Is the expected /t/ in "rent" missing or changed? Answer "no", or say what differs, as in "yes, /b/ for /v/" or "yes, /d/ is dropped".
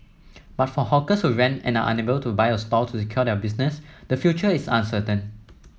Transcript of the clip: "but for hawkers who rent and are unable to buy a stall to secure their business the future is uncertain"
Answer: yes, /t/ is dropped